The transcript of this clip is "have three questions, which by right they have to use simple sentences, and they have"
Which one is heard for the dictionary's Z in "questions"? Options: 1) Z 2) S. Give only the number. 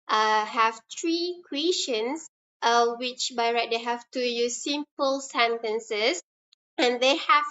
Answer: 2